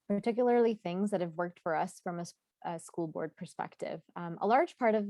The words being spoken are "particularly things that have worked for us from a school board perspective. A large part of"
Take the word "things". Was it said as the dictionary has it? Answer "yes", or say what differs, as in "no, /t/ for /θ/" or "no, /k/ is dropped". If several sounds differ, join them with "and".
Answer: yes